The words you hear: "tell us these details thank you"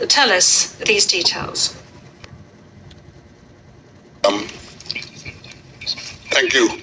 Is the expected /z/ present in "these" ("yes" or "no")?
yes